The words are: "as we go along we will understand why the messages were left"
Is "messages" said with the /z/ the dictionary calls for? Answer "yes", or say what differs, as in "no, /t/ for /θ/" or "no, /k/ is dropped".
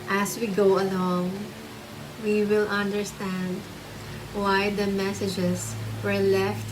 no, /s/ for /z/